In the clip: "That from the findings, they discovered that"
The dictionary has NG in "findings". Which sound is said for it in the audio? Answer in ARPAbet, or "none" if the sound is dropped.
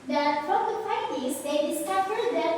none